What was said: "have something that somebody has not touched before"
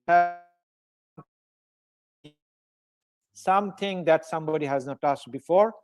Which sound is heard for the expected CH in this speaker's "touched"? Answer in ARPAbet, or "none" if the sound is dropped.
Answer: S